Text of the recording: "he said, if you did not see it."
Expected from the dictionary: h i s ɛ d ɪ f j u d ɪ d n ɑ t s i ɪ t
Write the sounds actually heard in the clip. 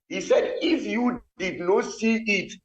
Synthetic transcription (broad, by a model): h i s ɛ d ɪ f j u d ɪ d n ɑ t s i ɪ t